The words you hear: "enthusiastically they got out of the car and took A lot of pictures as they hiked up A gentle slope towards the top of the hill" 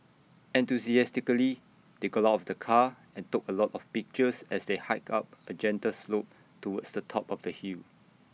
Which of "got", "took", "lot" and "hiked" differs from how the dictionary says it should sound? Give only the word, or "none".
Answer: hiked